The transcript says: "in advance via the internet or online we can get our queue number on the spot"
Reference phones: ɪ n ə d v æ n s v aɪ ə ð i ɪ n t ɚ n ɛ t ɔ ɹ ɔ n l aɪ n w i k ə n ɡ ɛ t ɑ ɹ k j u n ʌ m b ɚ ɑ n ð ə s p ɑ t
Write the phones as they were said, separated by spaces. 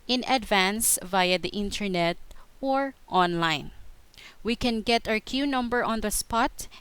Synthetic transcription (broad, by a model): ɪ n ə d v æ n s v aɪ ə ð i ɪ n t ɚ n ɛ t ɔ ɹ ɔ n l aɪ n w i k ə n ɡ ɛ t ɑ ɹ k j u n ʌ m b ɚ ɑ n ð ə s p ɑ t